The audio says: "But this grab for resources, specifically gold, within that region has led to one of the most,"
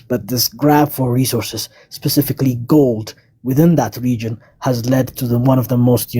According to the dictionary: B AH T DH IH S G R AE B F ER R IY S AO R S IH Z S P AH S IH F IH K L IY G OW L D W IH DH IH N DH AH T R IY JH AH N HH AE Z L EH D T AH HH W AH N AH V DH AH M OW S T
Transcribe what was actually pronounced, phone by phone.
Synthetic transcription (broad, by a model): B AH T DH IH S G R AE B F ER R IY S AO R S IH Z S P AH S IH F IH K L IY G OW L D W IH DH IH N DH AH T R IY JH AH N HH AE Z L EH D T AH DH W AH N AH V DH AH M OW S T